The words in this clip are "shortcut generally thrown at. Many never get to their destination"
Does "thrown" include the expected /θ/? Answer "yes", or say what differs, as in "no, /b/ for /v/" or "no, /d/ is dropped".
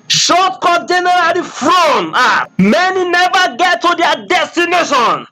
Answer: no, /f/ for /θ/